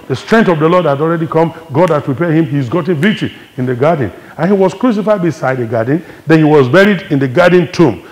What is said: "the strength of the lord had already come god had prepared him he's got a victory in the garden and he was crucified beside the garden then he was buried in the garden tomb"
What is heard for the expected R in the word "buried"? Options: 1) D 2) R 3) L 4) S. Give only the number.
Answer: 2